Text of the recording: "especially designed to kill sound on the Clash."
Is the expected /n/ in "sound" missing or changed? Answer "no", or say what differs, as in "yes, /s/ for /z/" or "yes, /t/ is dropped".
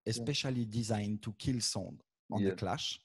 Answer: yes, /n/ is dropped